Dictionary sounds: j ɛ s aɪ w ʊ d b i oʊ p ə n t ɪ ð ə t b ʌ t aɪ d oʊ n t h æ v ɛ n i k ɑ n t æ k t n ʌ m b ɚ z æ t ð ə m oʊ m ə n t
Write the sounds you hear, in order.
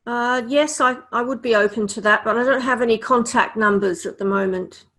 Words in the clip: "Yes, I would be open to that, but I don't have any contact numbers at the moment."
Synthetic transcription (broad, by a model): j ɛ s aɪ w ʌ d b i oʊ p ə n t ɪ ð ə t b ʌ t aɪ d oʊ n t h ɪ v ɛ n i k ɑ n t æ k t n ʌ m b ɚ z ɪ t ð ə m oʊ m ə n t